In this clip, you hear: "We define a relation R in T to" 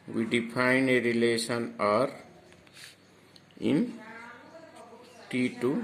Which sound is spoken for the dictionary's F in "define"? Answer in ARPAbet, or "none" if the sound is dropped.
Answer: P